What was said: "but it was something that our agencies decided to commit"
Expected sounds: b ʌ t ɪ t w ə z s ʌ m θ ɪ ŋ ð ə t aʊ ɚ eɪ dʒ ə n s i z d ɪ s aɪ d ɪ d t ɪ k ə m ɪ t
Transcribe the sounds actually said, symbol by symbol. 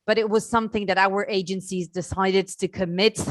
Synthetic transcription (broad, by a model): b ʌ t ɪ t w ə z s ʌ m θ ɪ ŋ ð ə t aʊ ɚ eɪ dʒ ə n s i z d ɪ s aɪ d ɪ d t ɪ k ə m ɪ t